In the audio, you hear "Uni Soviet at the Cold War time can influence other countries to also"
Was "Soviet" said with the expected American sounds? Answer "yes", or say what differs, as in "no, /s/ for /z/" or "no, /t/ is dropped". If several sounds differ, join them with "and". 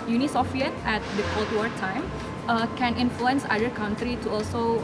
no, /f/ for /v/